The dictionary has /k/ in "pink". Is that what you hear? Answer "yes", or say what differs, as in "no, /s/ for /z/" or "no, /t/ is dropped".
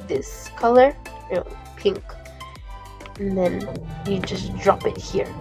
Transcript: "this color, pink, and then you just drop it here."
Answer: yes